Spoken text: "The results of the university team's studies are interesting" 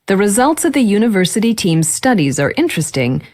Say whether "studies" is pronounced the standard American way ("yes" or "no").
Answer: yes